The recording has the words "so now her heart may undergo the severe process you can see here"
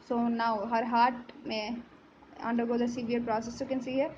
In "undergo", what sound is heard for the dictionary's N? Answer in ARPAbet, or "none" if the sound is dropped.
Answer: N